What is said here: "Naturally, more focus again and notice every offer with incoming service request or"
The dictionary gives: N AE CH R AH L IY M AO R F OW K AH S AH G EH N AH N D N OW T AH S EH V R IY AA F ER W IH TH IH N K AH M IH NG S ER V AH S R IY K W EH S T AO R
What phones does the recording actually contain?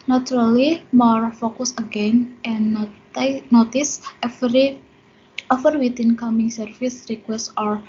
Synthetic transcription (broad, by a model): N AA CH R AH L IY M AO R F OW K AH S AH G EH N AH N N OW T AH S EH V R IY AA F ER W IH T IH N K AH M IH NG S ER F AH S R IY K W EH S T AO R